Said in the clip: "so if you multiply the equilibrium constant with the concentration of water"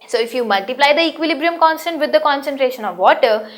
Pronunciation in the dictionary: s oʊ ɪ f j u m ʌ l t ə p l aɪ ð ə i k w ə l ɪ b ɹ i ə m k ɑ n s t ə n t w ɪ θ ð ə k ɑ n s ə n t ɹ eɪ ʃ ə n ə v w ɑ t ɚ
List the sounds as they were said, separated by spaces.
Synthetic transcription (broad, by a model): s oʊ ɪ f j u m ʌ l t ə p l aɪ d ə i k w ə l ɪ b ɹ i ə m k ɑ n s t ə n t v ɪ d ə k ɑ n s ə n t ɹ eɪ ʃ ə n ə v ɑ t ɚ